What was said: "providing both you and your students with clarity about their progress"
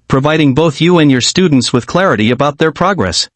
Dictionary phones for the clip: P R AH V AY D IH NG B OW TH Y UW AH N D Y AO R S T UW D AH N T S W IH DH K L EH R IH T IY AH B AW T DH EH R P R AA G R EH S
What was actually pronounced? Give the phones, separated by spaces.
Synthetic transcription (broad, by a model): P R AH V AY D IH NG B OW TH Y UW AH N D Y AO R S T UW D N T S W IH DH K L EH R IH T IY AH B AW T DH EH R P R AA G R EH S